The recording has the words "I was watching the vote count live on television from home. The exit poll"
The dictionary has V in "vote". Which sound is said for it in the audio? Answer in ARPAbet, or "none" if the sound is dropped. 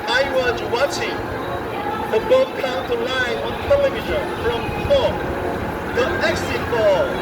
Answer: B